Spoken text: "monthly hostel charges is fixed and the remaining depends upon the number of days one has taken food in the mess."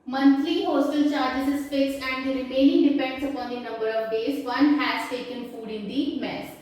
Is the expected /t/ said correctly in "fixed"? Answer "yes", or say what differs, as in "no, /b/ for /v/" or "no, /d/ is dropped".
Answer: no, /t/ is dropped